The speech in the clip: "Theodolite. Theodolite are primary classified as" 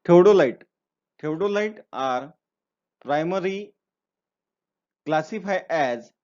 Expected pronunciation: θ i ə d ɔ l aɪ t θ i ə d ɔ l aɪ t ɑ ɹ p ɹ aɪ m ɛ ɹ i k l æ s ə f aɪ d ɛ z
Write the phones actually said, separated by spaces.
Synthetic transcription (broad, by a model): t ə d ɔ l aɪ t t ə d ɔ l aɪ t ɑ ɹ p ɹ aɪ m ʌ ɹ i k l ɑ s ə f aɪ ɛ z